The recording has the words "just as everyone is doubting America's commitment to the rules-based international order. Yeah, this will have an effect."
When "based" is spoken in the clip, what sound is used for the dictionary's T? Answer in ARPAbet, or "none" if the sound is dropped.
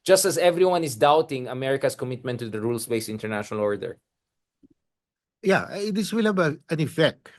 none